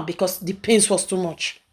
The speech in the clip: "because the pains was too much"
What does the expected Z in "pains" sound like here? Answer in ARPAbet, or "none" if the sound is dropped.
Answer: S